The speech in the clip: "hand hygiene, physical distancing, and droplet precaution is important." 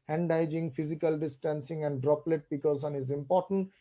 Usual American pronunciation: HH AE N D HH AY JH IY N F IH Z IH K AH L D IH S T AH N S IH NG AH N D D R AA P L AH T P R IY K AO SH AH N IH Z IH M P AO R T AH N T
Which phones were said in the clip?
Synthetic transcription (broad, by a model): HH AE N D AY JH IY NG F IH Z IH K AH L D IH S T AH N S IH NG AH N D D R AA P L AH T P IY K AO S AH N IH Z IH M P AO R T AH N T